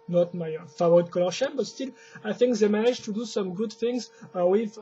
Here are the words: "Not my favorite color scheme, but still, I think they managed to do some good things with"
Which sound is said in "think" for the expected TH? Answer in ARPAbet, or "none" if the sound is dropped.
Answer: TH